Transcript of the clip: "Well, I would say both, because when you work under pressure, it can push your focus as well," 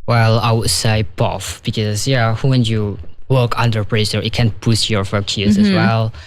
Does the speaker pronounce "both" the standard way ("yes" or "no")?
no